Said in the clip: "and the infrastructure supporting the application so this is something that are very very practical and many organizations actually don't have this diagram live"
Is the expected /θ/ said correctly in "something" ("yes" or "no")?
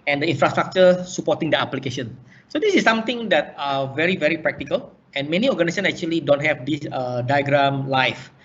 no